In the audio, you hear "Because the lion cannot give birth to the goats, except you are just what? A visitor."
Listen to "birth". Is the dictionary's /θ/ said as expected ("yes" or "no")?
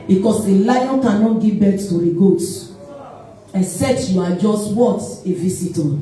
no